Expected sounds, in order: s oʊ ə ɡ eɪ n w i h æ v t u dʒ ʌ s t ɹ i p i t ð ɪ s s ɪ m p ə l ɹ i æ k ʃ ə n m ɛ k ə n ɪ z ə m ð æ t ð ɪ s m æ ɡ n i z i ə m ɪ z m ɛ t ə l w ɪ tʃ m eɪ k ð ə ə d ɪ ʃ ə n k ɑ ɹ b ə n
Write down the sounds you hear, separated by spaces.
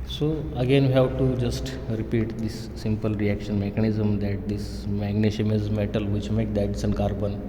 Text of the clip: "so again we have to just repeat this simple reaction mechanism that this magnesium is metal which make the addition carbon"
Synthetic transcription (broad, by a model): s oʊ ə ɡ eɪ n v i h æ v t u dʒ ʌ s t ɹ i p i t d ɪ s s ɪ m p ə l ɹ i æ k ʃ ə n m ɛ k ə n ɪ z ə m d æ t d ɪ s m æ ɡ n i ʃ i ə m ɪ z m ɛ t ə l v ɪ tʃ m eɪ k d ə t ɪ s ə n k ɑ ɹ b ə n